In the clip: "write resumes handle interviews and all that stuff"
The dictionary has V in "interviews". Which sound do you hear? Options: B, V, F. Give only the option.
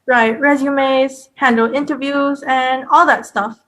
V